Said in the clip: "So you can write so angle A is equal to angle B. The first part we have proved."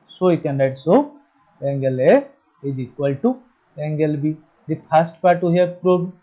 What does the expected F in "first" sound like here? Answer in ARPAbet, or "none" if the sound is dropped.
P